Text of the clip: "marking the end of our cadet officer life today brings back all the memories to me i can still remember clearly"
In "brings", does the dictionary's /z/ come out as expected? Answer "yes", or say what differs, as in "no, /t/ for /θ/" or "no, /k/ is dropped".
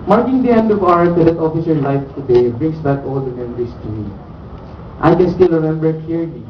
no, /s/ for /z/